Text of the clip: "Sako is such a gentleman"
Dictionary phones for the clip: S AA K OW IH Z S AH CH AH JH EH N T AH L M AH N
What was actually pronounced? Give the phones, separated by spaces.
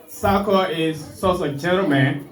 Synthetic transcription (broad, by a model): S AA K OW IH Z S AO S AH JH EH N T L M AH N